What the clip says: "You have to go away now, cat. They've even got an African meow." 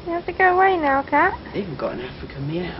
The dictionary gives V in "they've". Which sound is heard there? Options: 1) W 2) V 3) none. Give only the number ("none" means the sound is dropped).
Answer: 3